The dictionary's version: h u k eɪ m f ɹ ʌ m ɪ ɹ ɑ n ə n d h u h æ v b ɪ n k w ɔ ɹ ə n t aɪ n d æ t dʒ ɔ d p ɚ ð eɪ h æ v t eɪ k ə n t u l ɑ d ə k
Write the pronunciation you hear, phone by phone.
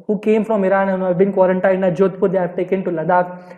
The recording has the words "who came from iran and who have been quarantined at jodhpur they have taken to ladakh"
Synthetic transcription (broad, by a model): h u k eɪ m f ɹ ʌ m ɪ ɹ ɑ n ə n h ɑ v b ɪ n k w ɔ ɹ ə n t aɪ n ɑ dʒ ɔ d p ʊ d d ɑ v t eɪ k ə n t u l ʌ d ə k